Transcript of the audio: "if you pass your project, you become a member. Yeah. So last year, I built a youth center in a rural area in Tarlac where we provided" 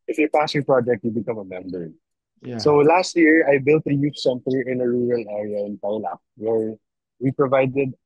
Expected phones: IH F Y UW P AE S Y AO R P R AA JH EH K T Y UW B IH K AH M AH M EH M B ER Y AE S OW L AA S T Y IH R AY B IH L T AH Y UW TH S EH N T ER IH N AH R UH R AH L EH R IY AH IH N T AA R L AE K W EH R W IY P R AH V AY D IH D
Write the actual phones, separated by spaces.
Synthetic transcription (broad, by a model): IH F Y UW P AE S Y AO R P R AA JH EH K T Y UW B IH K AH M AH M EH M B ER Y S OW L AA S T Y IH R AY B IH L T AH Y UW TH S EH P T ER IH N AH R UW R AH L EH R IY AH IH N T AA W L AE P W EH R W IY P R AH V AY D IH D